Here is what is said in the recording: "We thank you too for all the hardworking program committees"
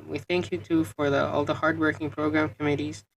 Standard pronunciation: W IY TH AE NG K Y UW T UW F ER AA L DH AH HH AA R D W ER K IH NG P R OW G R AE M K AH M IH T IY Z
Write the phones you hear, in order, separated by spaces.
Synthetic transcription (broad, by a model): W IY TH AE NG K Y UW T UW F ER AA L DH AH HH AA R D W ER K IH NG P R OW G R AE M K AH M IH T IY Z